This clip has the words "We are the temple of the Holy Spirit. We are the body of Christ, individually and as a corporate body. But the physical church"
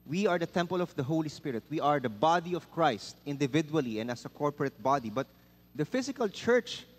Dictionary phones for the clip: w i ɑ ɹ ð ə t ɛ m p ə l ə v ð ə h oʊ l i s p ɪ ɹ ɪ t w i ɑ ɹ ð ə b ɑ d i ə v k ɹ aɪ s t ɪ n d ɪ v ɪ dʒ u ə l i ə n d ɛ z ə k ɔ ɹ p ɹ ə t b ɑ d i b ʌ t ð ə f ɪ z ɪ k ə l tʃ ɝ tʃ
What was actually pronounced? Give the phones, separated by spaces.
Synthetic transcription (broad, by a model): w i ɑ ɹ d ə t ɛ m p ə l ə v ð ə h oʊ l i s p ɪ ɹ ɪ t w i ɑ ɹ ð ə b ɑ d i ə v k ɹ aɪ s t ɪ n d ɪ v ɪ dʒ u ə l i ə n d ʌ s ə k ɔ ɹ p ɹ ə t b ɑ d i b ʌ t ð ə f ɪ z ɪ k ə l tʃ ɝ tʃ